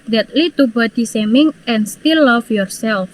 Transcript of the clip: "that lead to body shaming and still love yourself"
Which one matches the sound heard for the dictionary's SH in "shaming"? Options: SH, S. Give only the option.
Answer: S